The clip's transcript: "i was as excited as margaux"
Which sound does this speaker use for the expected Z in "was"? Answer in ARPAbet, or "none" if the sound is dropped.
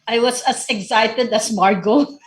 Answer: S